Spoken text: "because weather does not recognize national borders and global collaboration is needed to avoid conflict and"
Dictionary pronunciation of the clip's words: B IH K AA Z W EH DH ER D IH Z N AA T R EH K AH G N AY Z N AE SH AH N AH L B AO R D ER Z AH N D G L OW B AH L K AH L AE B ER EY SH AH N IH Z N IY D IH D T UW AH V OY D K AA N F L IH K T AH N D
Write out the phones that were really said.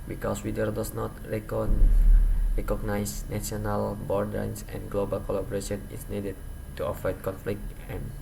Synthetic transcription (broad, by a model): B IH K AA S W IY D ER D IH S N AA T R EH K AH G N AY S N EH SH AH N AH L B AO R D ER S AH N G L OW B AH L K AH L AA B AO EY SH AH N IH S N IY D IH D T UW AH F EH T K AA N F L IH K T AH N